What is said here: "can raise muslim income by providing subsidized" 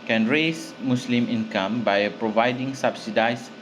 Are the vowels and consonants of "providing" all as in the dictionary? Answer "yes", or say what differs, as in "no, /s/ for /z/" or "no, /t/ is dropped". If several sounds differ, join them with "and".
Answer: yes